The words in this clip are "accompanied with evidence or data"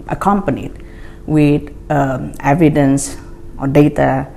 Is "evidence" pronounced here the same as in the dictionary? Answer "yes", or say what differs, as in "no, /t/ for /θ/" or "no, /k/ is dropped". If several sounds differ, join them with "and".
yes